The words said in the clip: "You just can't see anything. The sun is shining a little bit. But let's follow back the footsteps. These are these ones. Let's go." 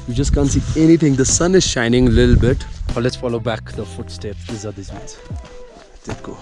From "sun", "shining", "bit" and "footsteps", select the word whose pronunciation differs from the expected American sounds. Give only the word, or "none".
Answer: none